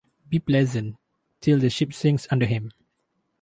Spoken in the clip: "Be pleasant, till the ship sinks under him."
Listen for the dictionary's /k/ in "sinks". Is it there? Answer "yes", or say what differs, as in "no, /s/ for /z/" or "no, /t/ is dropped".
no, /k/ is dropped